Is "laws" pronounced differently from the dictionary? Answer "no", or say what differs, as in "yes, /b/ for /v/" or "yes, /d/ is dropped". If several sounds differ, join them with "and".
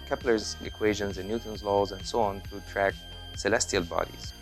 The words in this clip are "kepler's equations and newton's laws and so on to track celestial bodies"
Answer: no